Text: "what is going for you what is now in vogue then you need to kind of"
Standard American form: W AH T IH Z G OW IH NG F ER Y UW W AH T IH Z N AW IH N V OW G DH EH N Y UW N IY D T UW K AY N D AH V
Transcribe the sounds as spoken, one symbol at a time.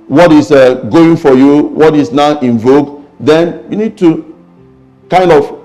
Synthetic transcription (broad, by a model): W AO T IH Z G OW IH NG F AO Y UW W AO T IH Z N AW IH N V OW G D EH N Y UW N IY D T UW K AY N D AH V